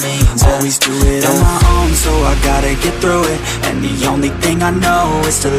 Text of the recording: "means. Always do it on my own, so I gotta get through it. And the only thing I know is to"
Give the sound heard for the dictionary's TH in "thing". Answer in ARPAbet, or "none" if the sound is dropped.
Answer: TH